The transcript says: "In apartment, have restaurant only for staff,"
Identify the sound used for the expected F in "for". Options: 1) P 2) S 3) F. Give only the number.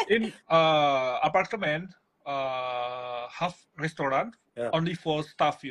3